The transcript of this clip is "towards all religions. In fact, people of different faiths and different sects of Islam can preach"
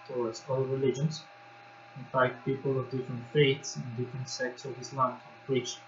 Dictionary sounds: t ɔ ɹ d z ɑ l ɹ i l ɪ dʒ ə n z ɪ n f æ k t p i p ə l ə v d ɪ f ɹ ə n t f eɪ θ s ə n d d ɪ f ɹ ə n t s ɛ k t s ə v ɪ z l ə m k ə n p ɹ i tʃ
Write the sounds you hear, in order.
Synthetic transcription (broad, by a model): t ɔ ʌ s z ɑ l ɹ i l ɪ dʒ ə n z ɪ n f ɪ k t p i p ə l ə v d ɪ f ɹ ə n t f eɪ t s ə n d d ɪ f ɹ ə n t s ɛ k t s ə v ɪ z l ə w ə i tʃ